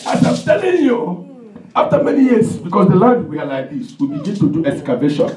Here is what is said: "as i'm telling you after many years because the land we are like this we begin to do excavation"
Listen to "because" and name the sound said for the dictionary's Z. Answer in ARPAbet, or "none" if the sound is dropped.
S